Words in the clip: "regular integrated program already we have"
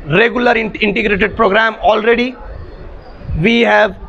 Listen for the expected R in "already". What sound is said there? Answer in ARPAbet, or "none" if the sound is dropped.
R